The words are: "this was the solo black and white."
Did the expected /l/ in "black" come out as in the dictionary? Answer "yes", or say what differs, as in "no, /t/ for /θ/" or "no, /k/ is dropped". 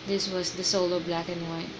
yes